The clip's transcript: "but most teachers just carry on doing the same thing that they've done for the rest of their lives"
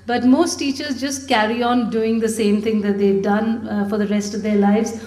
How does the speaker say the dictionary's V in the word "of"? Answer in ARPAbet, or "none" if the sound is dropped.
V